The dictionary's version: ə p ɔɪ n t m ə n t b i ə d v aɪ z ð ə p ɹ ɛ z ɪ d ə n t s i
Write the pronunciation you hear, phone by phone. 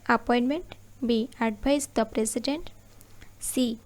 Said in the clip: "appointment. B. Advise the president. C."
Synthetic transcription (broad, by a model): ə p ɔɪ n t m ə n t b i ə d b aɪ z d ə p ɹ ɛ s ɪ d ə n t s i